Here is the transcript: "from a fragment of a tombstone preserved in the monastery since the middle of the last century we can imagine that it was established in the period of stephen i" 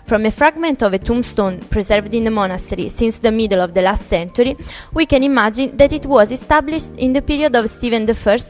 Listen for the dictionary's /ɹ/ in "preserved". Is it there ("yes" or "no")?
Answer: yes